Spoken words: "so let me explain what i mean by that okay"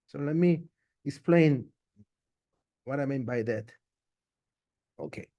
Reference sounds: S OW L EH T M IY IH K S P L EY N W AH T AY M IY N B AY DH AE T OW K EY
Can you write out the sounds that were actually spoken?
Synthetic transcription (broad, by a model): S OW L EH T M IY IH K S P L EY N W AH T AY M IY N B AY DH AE T OW K EY